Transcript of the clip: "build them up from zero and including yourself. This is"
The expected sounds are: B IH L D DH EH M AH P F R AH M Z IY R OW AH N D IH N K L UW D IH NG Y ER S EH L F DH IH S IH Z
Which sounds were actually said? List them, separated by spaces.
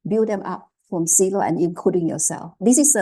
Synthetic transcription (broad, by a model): B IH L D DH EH M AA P F R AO M S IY L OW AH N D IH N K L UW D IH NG Y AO S EH L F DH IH S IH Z